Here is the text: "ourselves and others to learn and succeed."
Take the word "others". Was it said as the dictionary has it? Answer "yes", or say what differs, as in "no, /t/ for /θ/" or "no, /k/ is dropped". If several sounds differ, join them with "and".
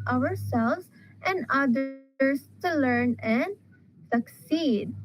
no, /ð/ is dropped